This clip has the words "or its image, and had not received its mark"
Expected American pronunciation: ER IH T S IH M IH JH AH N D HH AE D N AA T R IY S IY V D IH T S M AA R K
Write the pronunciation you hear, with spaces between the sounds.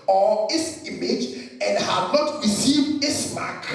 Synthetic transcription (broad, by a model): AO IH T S IH M IH JH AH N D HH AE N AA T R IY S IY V IH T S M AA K